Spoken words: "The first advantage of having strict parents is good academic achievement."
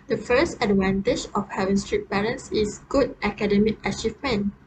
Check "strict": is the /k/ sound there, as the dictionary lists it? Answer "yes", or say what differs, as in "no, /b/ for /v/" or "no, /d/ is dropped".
no, /k/ is dropped